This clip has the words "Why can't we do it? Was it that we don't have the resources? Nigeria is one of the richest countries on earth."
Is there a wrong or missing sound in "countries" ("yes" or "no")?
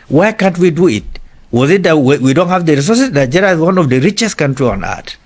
yes